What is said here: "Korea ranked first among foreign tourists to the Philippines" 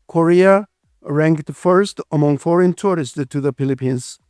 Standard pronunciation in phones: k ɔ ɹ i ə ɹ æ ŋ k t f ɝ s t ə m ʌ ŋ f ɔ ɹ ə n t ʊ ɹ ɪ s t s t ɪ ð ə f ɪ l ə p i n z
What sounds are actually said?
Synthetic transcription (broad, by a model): k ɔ ɹ i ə ɹ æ ŋ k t f ɝ s t ə m ʌ ŋ f ɔ ɹ ə n t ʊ ɹ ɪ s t t ɪ ð ə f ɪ l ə p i n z